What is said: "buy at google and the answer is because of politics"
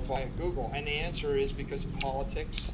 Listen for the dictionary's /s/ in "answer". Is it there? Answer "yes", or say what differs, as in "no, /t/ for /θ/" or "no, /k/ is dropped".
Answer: yes